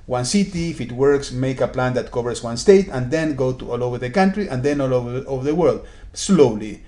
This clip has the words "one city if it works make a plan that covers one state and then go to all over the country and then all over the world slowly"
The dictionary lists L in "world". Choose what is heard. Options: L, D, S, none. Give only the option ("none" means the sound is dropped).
L